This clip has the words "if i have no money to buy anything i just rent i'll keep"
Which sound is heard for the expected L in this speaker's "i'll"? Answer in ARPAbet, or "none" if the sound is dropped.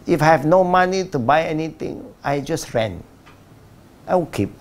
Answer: W